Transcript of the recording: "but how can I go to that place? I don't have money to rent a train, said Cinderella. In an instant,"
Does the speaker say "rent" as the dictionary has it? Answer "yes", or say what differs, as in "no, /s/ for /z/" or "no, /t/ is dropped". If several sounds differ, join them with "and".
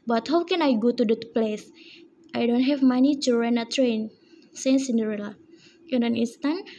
no, /t/ is dropped